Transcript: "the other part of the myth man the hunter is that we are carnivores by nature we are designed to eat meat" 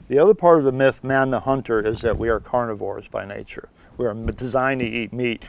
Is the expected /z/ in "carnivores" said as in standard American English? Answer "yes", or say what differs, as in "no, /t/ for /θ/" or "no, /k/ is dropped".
yes